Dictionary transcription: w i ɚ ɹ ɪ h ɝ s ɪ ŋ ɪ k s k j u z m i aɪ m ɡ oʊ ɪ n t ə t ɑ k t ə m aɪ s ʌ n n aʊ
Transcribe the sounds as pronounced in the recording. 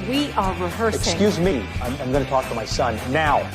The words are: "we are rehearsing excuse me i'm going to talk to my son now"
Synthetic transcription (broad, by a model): w i ɚ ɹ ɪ h ɝ ɪ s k s k j u z m i aɪ m ɡ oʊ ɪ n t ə t ɑ k t ə m aɪ s ʌ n n aʊ